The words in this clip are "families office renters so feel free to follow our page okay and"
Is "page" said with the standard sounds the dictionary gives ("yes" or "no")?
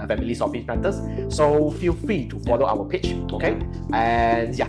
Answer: no